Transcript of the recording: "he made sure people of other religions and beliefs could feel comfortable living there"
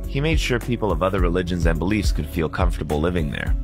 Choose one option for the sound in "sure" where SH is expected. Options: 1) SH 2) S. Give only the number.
1